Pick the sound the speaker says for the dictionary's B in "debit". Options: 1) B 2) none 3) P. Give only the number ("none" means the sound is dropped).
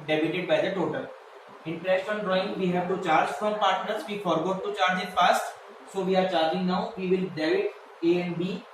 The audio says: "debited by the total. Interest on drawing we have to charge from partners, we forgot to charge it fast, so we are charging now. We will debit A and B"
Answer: 2